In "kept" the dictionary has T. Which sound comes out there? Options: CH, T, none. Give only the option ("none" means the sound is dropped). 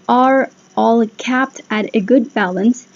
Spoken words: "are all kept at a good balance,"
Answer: T